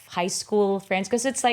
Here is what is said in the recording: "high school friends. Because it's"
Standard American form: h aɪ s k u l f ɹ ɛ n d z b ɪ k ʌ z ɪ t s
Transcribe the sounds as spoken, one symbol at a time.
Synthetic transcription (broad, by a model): h aɪ s k u l f ɹ ɛ n d z k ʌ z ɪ t s